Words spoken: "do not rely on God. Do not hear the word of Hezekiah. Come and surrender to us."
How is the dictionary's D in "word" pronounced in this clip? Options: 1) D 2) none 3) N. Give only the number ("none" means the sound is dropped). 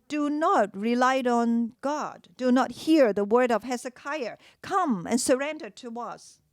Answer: 1